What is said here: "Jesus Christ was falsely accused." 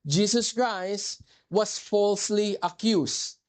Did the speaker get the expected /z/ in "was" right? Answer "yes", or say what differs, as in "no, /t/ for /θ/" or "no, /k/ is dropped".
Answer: no, /s/ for /z/